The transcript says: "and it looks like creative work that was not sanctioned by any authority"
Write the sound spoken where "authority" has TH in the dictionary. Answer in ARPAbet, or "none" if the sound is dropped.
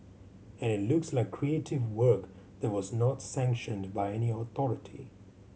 TH